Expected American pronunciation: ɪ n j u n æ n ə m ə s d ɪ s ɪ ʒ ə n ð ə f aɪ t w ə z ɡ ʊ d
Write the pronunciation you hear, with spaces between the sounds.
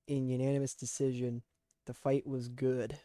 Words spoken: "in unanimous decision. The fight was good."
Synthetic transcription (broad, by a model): ɪ n j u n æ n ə m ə s d ɪ s ɪ ʒ ə n ð ə f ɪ t w ə z ɡ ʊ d